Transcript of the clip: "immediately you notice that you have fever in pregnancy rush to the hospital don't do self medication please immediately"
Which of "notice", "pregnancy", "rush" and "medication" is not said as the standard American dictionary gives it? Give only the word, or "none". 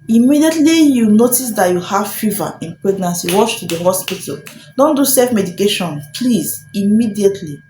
rush